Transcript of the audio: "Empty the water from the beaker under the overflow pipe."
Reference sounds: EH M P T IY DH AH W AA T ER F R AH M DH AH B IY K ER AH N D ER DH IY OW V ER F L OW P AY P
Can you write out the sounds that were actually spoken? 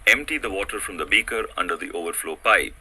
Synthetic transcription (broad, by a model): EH M P T IY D AH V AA T ER F R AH M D AH B IY K ER AH N D ER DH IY OW V ER F L OW P AY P